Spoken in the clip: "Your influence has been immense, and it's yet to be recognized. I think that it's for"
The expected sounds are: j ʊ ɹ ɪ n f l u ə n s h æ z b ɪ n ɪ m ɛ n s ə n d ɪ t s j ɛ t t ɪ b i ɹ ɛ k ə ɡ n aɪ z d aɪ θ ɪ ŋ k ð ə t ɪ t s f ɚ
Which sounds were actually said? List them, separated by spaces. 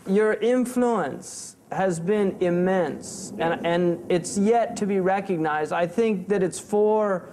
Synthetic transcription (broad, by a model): j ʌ ɹ ɪ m f l u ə n s h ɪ z b ɪ n ɪ m ɛ n s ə n ɪ t s j ɛ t t ɪ b i ɹ ɛ k ə ɡ n aɪ z d aɪ θ ɪ ŋ k ð ə t ɪ t s f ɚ